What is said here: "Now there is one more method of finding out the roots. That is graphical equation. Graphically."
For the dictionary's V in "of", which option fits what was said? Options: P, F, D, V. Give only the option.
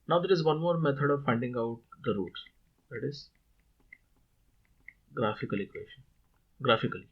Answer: V